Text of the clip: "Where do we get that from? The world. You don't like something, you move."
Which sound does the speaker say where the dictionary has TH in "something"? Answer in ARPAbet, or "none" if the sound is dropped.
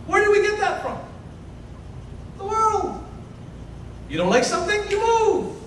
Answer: TH